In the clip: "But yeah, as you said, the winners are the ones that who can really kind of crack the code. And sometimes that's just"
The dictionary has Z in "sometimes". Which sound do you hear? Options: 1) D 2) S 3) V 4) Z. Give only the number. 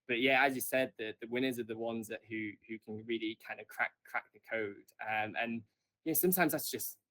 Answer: 4